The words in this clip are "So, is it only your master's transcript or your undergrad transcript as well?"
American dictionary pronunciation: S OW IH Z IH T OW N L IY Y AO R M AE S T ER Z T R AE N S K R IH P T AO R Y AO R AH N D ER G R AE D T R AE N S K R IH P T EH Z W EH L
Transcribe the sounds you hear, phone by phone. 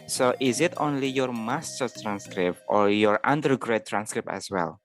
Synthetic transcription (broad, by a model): S OW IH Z IH T OW N L IY Y AO R M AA S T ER T R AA N S K R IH P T AO R Y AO R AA N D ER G R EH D T R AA N S K R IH P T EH S W EH L